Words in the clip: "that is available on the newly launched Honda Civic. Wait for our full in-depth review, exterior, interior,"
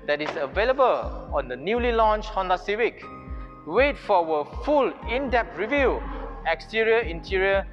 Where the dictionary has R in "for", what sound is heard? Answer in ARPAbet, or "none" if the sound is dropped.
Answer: W